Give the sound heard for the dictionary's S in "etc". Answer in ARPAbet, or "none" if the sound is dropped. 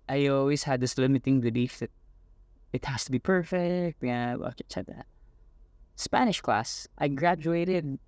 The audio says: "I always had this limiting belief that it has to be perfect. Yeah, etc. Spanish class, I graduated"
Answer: none